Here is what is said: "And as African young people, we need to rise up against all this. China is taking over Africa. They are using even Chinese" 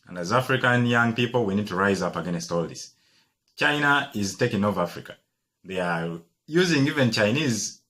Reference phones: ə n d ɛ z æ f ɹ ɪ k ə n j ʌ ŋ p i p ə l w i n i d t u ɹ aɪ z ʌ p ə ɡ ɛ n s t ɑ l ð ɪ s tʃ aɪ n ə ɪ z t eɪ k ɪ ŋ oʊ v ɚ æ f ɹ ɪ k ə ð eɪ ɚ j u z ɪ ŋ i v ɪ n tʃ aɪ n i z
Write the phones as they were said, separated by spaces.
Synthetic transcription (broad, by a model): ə n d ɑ z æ f ɹ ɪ k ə n j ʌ ŋ p i p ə l w i n i d t u ɹ aɪ z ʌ p ə ɡ ɛ n s t ɑ l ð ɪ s tʃ aɪ n ə ɪ z t eɪ k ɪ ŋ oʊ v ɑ f ɹ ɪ k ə ð eɪ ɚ j u z ɪ ŋ i v ɪ n tʃ aɪ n i z